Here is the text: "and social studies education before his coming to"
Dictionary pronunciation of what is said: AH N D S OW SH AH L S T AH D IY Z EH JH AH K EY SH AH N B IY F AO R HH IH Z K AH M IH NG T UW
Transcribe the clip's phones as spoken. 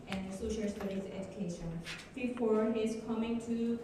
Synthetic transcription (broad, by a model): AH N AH S OW SH AH L S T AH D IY S EH JH AH K EY SH AH N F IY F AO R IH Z K AH M IH NG T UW